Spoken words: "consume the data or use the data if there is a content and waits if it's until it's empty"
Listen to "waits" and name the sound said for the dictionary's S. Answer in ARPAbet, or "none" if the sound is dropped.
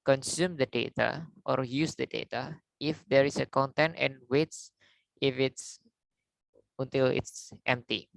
S